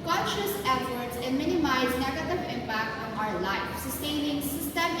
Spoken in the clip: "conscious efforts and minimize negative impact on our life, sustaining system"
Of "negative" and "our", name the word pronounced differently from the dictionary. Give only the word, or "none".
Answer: none